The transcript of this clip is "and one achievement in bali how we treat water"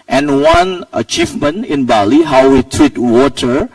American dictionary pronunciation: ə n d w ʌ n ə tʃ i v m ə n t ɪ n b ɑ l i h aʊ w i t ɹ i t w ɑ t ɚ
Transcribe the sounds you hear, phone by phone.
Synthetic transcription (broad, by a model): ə n w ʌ n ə tʃ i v m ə n ɪ n b ɑ l i h aʊ w i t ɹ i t w ɑ t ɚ